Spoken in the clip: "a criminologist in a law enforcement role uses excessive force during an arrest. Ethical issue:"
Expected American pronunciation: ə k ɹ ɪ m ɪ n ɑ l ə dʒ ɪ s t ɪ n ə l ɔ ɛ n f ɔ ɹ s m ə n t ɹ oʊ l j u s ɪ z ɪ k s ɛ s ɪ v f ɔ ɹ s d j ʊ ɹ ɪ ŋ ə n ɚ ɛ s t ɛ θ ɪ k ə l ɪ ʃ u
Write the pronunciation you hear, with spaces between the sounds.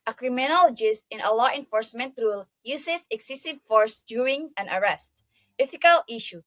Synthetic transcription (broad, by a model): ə k ɹ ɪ m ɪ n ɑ l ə dʒ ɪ s t ɪ n ə l ɔ ɛ n f ɔ ɹ s m ə n t ɹ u l j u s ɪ s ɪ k s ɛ s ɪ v f ɔ ɹ s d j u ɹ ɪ ŋ ə n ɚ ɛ s t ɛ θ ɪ k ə l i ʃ u